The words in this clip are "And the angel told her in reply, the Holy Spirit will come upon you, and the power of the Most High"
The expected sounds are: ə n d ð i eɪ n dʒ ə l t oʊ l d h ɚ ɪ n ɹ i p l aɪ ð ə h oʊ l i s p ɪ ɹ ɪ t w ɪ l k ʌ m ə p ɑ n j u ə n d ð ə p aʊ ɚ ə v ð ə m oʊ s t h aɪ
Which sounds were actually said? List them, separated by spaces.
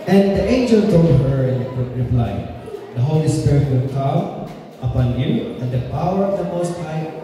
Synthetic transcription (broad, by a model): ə n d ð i eɪ n dʒ ə l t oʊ d h ɚ ɪ n ɹ i p l aɪ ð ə h oʊ l i s p ɪ ɹ ɪ t w ɪ l k ʌ m ə p ɑ n j u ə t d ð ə p aʊ ɚ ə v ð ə m oʊ s t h aɪ